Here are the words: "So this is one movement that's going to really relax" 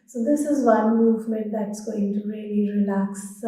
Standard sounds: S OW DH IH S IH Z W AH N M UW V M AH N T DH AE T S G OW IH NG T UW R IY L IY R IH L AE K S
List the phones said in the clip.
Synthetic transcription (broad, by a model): S OW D IH S IH Z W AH N M UW V M AH N T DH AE T S G OW IH NG T UW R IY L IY R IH L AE K S